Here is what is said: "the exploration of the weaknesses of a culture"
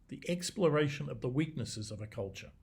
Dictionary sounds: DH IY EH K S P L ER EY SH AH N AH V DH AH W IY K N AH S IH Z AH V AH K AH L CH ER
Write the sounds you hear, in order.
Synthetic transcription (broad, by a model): DH IY EH K S P L ER EY SH AH N AH V DH AH W IY K N AH S IH Z AH V AH K AH L CH ER